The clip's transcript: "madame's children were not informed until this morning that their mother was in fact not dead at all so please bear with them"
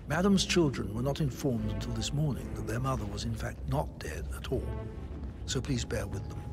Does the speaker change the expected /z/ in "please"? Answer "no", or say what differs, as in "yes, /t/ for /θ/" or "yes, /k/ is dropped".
no